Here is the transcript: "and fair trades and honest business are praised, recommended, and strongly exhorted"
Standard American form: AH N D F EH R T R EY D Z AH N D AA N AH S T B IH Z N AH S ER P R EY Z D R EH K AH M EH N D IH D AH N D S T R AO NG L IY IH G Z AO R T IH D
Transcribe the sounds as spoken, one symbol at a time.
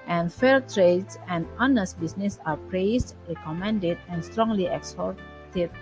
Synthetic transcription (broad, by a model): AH N F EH L T R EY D S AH N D AA N AH S T B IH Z N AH S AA P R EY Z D R EH K AH M EH N D IH D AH N S T R AO NG L IY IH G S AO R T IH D